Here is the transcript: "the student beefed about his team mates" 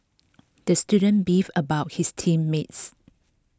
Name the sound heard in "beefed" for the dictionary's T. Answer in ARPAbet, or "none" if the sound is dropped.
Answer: none